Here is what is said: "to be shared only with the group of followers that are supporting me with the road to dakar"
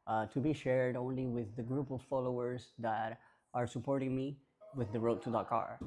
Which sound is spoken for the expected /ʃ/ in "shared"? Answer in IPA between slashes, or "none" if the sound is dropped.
/ʃ/